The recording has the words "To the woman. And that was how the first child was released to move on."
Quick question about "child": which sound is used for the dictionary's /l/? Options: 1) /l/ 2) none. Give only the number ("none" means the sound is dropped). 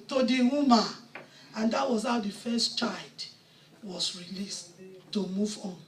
2